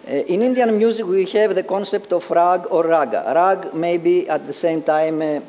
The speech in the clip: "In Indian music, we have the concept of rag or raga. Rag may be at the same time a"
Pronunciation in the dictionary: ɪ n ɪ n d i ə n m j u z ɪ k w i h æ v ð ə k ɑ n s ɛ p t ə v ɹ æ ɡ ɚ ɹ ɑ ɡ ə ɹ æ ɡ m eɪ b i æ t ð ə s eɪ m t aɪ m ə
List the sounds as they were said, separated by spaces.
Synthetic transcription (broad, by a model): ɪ n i n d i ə n m j u z ɪ k w i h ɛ v ð ə k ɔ n s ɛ p t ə f ɹ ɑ ɡ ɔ ɹ ɑ ɡ ə ɹ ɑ ɡ m eɪ b i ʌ t ð ə s eɪ m t aɪ m